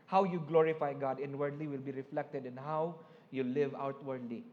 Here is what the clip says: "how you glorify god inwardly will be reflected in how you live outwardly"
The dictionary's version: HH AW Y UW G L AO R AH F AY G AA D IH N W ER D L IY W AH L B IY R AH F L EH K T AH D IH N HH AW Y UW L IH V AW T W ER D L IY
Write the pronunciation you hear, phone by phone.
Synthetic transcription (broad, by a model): HH AW Y UW G L AO R AH F AY G AA D IH N W ER D L IY W AH L B IY R AH F L EH K T AH D IH N HH AW Y UW L IH V AW T W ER D L IY